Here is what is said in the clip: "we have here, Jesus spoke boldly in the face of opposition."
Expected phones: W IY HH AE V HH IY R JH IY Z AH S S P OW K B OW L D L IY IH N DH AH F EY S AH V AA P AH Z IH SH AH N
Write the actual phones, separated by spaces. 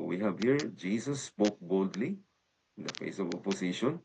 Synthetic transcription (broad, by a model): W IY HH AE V HH IY R JH IY S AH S S P OW K B OW L D L IY IH N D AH F EY S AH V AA P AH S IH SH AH N